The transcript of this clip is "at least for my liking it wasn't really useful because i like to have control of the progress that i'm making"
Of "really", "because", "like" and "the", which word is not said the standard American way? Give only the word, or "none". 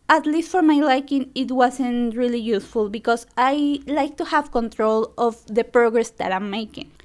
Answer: because